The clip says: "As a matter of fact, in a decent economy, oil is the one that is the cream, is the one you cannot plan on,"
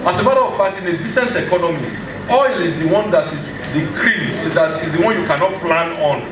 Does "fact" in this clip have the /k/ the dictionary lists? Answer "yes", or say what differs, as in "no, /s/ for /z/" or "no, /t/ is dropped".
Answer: no, /k/ is dropped